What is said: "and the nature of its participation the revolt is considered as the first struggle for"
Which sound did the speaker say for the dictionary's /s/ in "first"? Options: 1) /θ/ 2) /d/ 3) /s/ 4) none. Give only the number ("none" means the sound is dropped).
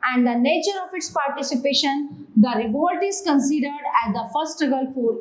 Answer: 4